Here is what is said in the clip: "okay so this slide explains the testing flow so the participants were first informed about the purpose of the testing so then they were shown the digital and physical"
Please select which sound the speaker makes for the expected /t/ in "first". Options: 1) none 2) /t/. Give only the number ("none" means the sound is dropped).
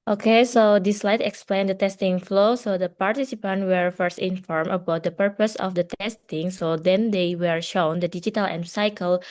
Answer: 2